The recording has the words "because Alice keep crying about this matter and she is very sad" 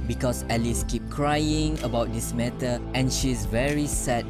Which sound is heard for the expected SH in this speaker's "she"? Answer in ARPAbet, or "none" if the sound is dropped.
SH